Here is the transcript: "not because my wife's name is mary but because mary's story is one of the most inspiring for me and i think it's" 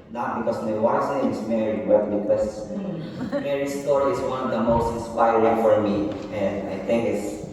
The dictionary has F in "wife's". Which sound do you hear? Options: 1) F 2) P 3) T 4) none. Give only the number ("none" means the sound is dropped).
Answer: 4